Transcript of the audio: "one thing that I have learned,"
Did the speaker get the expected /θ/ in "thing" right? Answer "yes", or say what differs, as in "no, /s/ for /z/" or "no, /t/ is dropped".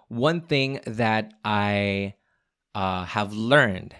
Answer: yes